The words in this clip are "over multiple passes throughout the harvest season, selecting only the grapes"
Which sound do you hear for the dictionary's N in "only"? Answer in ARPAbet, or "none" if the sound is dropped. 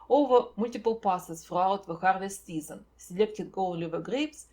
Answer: L